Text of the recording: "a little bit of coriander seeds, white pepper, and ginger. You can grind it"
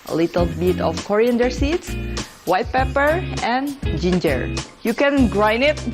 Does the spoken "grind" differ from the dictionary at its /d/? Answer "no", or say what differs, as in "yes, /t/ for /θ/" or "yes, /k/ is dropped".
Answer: yes, /d/ is dropped